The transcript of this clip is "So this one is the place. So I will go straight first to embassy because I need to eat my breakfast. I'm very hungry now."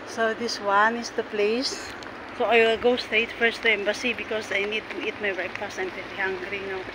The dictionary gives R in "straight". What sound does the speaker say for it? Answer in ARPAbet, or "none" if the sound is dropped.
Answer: none